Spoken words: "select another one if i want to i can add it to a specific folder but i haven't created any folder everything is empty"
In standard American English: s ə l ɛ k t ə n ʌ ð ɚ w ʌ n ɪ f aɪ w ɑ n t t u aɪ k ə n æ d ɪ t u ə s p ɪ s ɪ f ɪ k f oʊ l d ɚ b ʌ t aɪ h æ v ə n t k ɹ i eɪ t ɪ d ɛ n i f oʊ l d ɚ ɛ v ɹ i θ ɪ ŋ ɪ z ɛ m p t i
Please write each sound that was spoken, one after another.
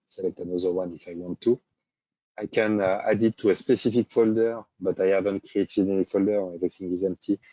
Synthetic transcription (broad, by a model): s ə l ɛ k t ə n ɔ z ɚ w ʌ n ɪ f aɪ w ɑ n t t u aɪ k ə n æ d ɪ t u ə s p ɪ s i f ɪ k f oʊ l d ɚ b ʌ t aɪ h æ v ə n t k ɹ i eɪ t ɪ d ɛ n i f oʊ l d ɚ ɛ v i s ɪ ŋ ɪ z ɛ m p t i